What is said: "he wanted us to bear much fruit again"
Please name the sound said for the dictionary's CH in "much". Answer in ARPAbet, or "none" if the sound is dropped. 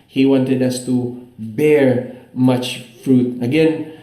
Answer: CH